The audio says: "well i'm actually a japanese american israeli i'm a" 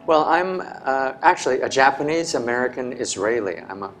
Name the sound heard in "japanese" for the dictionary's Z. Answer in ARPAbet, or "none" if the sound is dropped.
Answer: Z